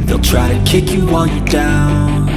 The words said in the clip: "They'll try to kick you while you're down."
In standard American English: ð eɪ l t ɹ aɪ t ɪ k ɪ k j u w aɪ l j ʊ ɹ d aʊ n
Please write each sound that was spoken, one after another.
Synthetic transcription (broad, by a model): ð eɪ l t ɹ aɪ t ɪ k ɪ k j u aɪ n j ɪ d aʊ n